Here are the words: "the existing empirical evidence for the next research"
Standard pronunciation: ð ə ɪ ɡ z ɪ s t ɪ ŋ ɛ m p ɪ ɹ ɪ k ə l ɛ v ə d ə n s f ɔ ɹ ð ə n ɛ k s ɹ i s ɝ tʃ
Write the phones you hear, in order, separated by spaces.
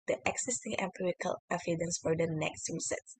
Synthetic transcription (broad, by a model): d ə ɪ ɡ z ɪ s t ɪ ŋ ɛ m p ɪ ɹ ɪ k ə l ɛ f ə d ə n s f ɔ ɹ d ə n ɛ k s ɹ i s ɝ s